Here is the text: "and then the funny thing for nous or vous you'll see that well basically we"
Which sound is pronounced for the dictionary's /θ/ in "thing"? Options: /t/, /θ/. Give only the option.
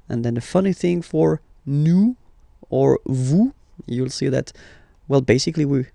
/θ/